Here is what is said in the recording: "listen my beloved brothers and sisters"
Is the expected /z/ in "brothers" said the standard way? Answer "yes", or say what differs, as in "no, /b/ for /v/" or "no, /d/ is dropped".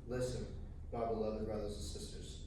yes